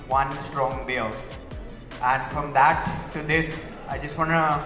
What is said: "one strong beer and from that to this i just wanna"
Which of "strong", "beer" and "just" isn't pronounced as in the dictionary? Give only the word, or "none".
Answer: beer